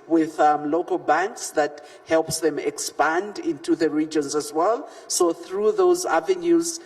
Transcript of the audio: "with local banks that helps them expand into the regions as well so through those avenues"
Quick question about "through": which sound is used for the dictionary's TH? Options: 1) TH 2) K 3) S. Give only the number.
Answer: 1